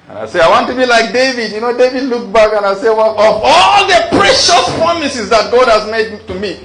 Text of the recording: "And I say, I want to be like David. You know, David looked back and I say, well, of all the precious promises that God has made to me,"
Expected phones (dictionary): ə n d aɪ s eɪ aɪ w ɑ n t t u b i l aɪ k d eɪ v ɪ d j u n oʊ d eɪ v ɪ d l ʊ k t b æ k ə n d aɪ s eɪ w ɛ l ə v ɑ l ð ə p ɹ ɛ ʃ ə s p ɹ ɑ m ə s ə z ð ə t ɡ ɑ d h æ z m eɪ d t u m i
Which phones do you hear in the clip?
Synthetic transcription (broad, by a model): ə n aɪ s eɪ aɪ w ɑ n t t u b i l aɪ k d eɪ v ɪ d j u n oʊ d eɪ v ɪ d l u k b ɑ k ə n aɪ s eɪ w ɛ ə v ɑ l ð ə p ɹ ɛ ʃ ə s p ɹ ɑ m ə s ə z ð ə t ɡ ɑ d h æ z m eɪ d t u m i